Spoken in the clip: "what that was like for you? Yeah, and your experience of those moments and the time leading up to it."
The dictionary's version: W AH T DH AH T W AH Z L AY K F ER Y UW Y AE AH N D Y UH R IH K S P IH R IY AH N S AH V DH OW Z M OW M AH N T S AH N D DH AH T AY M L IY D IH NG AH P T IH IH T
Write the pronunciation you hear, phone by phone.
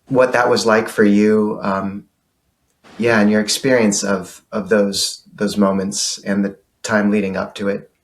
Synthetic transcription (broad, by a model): W AH T DH AH T W AH Z L AY K F ER Y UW Y AE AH N Y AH R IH K S P IH R IY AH N S AH V DH OW Z M OW M AH N T S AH N DH AH T AY M L IY D IH NG AH P T IH IH T